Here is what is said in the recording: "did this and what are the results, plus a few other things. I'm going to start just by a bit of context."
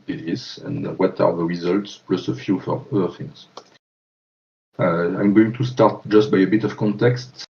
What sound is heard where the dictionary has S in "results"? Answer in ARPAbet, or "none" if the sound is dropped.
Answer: S